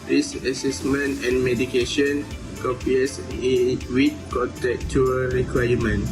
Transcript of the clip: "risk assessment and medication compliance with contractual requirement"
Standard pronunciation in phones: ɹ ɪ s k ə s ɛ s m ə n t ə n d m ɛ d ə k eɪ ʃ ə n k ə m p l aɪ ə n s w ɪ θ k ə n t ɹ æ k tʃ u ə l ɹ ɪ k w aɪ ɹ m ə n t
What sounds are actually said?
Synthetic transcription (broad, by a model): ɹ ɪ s ə s ɛ s m ə n t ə n m ɛ d ə k eɪ ʃ ə n k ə p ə s w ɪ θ k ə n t ɛ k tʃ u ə ɹ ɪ k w aɪ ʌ m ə n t